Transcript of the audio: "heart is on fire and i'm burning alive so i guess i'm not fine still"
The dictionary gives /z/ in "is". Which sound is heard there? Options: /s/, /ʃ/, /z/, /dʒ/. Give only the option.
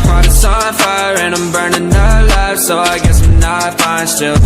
/s/